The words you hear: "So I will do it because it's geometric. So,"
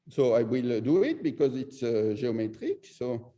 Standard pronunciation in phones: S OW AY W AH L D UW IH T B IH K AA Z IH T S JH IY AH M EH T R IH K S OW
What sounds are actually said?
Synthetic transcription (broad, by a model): S OW AY W AH L D UW IH T B IH K AA Z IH T S ZH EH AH M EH T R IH K S OW